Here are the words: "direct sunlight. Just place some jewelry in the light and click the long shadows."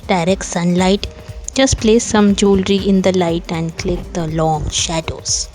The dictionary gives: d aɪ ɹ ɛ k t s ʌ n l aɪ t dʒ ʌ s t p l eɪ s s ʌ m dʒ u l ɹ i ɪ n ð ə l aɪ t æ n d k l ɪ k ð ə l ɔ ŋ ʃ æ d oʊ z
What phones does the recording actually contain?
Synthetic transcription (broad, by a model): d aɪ ɹ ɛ k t s ʌ n l aɪ t dʒ ʌ s t p l eɪ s s ʌ m dʒ u l ɹ i ɪ n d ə l aɪ t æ n d k l ɪ k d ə l ɔ ŋ ʃ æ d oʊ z